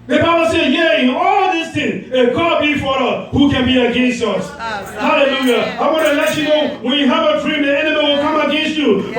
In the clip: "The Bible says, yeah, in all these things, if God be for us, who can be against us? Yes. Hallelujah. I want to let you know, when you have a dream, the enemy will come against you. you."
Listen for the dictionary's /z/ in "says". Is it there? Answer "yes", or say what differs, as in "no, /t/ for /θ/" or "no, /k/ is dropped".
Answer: no, /z/ is dropped